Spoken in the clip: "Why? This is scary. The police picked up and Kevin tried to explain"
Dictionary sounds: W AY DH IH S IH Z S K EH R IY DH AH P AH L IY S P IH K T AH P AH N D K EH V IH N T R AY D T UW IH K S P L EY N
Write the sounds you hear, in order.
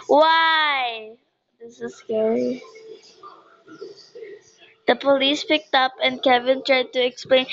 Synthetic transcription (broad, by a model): W AY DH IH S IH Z S K EH R IY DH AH P AH L IY S P IH K T AH P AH N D K EH V IH N T R AY D T UW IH K S P L EY N